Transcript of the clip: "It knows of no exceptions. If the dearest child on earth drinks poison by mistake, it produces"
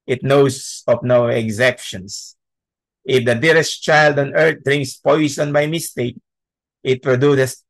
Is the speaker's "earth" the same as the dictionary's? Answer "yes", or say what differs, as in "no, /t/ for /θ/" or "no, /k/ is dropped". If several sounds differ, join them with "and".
no, /t/ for /θ/